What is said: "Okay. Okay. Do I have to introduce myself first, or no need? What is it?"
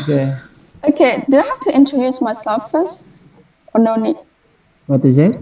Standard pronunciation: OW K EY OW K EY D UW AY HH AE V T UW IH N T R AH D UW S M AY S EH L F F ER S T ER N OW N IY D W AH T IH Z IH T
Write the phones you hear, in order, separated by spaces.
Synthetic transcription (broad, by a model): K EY OW K EY D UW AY HH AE F T UW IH N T R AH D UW S M AY S EH L F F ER S T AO N OW N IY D W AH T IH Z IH T